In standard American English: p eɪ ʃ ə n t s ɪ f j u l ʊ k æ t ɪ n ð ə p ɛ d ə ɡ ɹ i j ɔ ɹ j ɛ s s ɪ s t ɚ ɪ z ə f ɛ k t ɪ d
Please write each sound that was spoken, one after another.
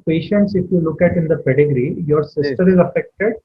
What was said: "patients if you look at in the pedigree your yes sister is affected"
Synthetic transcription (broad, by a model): p eɪ ʃ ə n t s ɪ f j u l ʊ k æ t ɪ n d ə p ɛ d ə ɡ ɹ i j ɔ ɹ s s ɪ s t ɚ ɪ z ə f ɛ k t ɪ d